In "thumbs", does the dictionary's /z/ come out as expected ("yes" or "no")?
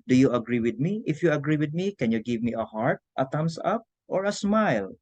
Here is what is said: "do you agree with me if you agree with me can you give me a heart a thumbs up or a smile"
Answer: no